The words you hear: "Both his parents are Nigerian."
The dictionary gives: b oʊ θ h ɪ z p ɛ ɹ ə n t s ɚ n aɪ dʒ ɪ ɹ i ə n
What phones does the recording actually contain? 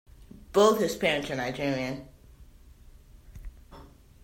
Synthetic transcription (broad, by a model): b oʊ θ h ɪ z p ɛ ɹ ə n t ɚ n aɪ dʒ ɪ ɹ i ə n